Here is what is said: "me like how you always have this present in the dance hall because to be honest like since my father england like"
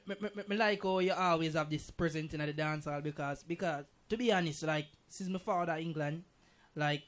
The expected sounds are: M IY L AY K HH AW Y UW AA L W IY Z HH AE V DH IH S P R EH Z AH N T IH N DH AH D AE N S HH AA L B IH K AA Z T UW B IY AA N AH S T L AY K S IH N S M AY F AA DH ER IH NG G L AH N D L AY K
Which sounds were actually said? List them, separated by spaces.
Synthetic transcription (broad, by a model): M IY L AY K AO Y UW AA L W IY Z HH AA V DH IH S P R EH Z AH N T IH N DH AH D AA N S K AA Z B IH K AA Z T UW B IY AA N AH S T L AY K S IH N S M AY F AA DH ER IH NG G L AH N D L AY K